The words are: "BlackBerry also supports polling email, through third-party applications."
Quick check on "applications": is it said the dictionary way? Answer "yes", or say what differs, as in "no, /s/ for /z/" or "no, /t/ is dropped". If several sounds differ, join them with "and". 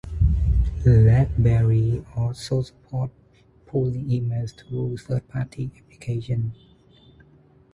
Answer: no, /z/ is dropped